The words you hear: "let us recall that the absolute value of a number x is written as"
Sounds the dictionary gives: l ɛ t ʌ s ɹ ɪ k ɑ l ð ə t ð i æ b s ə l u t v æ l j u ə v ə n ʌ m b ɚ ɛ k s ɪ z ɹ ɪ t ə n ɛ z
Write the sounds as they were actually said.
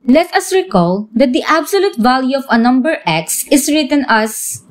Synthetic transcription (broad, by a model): l ɛ t ʌ s ɹ ɪ k ɑ l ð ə t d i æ b s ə l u t v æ l j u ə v ə n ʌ m b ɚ ɛ k s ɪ s ɹ ɪ t ə n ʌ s